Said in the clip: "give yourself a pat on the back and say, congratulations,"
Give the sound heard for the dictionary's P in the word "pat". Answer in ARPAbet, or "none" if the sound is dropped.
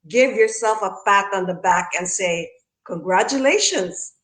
F